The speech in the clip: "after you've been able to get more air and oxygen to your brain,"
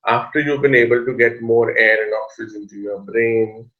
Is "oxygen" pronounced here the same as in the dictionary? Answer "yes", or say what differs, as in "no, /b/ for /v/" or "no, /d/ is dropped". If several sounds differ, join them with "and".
no, /z/ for /dʒ/